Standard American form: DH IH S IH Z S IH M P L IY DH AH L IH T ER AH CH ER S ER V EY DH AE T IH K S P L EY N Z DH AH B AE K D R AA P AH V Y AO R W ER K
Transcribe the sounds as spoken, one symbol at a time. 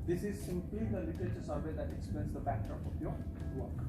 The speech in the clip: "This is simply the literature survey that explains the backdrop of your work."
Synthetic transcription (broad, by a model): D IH S IH Z S IH M P L IY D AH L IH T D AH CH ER S ER V EY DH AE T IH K S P EY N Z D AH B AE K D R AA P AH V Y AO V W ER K